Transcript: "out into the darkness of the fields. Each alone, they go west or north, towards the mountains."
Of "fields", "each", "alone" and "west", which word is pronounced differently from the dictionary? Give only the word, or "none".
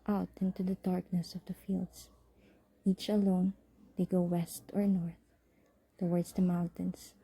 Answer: fields